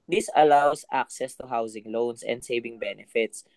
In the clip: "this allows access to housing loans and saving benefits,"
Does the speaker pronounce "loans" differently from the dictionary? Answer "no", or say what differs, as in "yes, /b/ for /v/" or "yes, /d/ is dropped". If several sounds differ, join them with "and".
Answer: yes, /s/ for /z/